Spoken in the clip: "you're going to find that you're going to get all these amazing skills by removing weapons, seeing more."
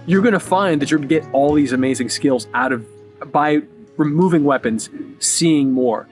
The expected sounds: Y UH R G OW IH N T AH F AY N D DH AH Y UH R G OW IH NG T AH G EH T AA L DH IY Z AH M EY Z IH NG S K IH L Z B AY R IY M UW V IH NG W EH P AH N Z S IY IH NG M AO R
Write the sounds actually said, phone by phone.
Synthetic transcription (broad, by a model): Y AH R G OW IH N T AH F AY N DH AH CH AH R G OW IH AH G EH T AA L DH IY Z AH M EY Z IH NG S K IH L Z B AY R IY M UW V IH NG W EH P AH N Z S IY IH NG M AO R